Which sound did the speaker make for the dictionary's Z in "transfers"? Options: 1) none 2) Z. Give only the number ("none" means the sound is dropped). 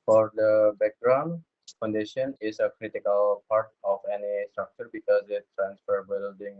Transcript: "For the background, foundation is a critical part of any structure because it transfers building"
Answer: 1